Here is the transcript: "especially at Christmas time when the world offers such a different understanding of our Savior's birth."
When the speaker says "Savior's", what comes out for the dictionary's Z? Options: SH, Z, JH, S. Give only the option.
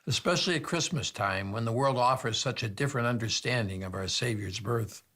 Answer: Z